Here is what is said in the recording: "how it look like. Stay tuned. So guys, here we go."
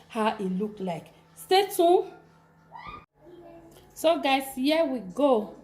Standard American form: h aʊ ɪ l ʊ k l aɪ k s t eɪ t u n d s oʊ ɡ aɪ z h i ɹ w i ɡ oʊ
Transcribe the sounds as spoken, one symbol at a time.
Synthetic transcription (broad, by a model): h aʊ ɪ l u k l aɪ k s t eɪ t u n s oʊ ɡ aɪ s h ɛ w i ɡ oʊ